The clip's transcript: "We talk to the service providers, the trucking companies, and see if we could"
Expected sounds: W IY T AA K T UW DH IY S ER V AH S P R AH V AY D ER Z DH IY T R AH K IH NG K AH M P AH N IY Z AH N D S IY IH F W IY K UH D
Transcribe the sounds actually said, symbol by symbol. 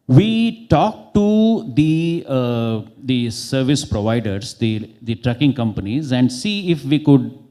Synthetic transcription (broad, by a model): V IY T AA K T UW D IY S ER V AH S P R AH V AY D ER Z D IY T R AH K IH NG K AH M P AH N IY Z AH N D S IY IH F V IY K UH D